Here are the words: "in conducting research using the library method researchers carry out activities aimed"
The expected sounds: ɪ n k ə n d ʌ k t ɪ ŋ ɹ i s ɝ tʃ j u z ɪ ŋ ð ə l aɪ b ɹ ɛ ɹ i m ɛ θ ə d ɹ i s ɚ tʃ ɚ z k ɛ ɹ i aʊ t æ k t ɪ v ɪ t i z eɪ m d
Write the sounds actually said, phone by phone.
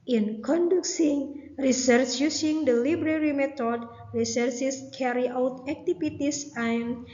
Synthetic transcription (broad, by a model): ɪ n k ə n d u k s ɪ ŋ ɹ i s ɝ tʃ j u s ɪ ŋ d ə l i b ɹ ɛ ɹ i m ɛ t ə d ɹ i s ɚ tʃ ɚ s k ɛ ɹ i aʊ t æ k t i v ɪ t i s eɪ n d